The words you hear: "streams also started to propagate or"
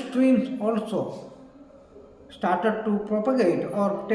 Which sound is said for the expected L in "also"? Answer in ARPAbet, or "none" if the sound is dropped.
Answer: L